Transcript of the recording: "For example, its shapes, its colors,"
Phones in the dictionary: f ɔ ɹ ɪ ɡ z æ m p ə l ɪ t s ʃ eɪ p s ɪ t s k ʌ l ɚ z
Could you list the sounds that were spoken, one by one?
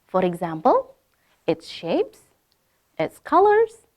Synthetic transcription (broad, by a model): f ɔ ɹ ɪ ɡ z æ m p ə l ɪ t s ʃ eɪ p s ɪ t s k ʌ l ɚ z